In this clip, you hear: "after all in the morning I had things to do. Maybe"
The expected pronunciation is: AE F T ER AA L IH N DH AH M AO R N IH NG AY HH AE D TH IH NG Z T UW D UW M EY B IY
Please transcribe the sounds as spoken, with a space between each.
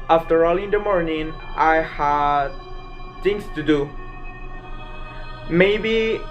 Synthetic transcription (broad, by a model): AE F T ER AA L IH N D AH M AO R N IH NG AY HH AE D T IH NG S T UW D UW M EY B IY